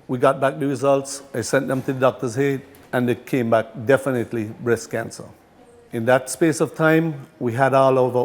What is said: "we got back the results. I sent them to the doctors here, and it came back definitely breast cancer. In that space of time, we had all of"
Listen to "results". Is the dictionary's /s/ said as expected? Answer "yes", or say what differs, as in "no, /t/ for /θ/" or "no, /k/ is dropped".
yes